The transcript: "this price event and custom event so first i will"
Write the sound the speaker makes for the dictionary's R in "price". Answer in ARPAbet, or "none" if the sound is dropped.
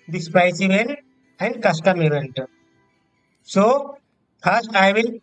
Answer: none